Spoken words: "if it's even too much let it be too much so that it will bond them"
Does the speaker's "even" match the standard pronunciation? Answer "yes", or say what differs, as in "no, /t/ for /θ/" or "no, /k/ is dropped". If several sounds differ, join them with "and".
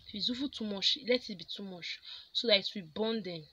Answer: no, /f/ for /v/